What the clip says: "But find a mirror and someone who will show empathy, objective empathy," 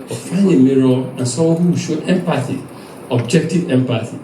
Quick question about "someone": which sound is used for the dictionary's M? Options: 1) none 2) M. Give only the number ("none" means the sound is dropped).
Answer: 1